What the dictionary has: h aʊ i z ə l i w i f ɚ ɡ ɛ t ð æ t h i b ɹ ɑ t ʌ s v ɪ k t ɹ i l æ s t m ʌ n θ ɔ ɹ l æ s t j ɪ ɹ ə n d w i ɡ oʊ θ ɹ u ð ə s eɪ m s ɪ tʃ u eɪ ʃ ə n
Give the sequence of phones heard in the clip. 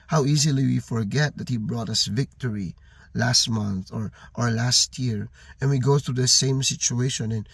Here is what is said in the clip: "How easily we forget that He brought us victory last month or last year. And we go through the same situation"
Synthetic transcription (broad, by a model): h aʊ i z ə l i w i f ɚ ɡ ɛ t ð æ t h i b ɹ ɑ t ʌ s v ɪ k t ɹ i l æ s t m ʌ n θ ɔ ɹ l æ s t j ɪ ɹ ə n w i ɡ oʊ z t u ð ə s eɪ m s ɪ tʃ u eɪ ʃ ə n